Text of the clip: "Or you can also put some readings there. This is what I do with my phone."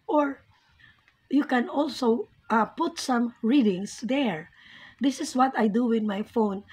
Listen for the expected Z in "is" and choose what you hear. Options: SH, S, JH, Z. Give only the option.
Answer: S